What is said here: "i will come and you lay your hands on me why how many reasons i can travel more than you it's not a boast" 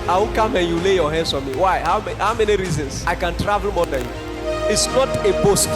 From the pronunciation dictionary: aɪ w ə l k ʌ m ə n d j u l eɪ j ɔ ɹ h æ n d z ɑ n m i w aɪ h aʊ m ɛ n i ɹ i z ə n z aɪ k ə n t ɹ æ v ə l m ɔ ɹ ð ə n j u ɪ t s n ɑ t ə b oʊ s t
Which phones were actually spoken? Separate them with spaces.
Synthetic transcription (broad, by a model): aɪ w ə n k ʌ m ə n j u l eɪ j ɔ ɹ h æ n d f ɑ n m i w aɪ h aʊ m ɛ n i ɹ i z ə n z aɪ k ə n t ɹ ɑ v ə l m ɔ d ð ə n j u ɪ t s n ɑ t ə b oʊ s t